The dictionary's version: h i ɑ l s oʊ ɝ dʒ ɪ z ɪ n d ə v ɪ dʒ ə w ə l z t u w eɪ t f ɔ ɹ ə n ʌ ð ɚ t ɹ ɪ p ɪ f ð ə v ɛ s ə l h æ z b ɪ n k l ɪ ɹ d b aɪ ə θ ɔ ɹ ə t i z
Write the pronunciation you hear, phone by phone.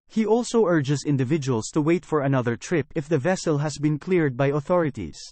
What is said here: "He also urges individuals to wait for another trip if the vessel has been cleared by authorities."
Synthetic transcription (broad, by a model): h i ɑ l s oʊ ɝ dʒ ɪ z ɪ n d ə v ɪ dʒ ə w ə l s t u w eɪ t f ɔ ɹ ə n ʌ ð ɚ t ɹ ɪ p ɪ f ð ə v ɛ s ə l h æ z b ɪ n k l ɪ ɹ d b aɪ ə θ ɔ ɹ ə t i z